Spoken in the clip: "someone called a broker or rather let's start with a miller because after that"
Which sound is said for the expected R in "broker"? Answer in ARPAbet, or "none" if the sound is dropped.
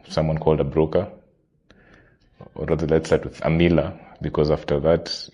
R